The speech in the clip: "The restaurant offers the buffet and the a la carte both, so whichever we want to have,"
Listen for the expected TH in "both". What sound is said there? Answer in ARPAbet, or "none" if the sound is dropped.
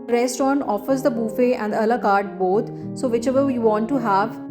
T